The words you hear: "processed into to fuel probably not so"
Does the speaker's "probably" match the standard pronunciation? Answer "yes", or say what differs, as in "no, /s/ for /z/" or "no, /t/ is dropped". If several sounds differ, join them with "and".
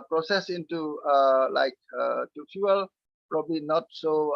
yes